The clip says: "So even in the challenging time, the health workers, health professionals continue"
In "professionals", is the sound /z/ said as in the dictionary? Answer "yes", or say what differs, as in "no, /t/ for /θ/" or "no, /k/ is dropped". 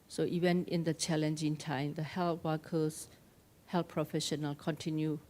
no, /z/ is dropped